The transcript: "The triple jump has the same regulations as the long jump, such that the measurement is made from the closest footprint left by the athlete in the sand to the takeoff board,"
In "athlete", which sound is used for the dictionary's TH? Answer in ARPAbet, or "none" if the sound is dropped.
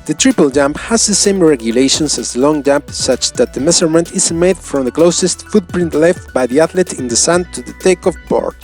T